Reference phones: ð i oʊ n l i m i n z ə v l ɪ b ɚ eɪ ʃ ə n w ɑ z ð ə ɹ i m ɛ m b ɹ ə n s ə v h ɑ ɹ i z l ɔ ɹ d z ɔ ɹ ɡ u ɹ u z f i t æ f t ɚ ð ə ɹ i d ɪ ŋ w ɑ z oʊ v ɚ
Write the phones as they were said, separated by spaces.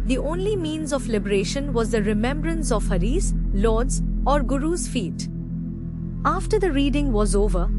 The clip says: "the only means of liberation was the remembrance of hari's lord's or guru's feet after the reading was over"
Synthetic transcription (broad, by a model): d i oʊ n l i m i n z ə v l ɪ b ɚ eɪ ʃ ə n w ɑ z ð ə ɹ i m ɛ m b ɹ ə n s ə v h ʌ ɹ i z l ɔ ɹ d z ɔ ɹ ɡ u ɹ u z f i t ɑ f t ɚ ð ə ɹ i d ɪ ŋ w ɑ z oʊ v ɚ